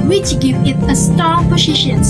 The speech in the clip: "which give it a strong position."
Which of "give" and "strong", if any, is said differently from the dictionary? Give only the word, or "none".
strong